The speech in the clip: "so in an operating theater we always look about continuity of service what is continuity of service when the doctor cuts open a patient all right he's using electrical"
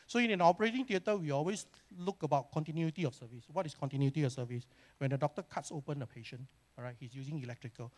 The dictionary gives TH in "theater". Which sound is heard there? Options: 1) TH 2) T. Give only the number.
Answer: 2